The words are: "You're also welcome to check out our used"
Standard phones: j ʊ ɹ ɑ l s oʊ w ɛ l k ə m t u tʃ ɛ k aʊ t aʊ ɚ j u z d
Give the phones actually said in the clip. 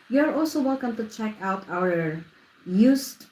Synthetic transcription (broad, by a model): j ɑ ɹ ɑ l s oʊ w ɛ l k ə m t u tʃ ɛ k aʊ t aʊ ɚ j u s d